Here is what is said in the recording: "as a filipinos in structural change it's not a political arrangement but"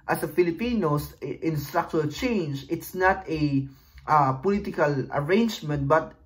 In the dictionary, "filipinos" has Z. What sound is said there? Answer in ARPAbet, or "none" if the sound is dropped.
S